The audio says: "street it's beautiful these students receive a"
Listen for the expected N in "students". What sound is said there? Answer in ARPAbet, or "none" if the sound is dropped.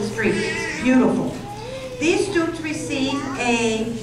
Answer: none